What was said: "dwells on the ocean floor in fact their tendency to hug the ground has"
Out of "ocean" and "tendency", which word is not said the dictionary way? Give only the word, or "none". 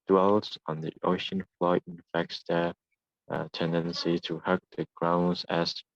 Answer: none